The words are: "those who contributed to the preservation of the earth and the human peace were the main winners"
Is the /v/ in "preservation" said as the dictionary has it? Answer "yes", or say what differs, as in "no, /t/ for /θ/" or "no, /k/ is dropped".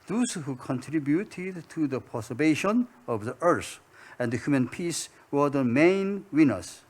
no, /b/ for /v/